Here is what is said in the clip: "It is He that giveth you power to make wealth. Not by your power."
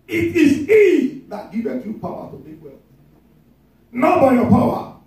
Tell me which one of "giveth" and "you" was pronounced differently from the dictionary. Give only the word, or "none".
giveth